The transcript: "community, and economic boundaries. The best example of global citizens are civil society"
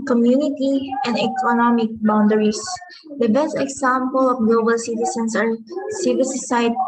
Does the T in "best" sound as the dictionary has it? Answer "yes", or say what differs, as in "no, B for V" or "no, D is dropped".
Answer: yes